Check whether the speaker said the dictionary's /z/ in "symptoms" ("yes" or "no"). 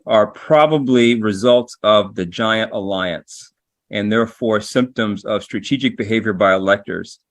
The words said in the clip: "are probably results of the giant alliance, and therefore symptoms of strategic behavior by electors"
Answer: yes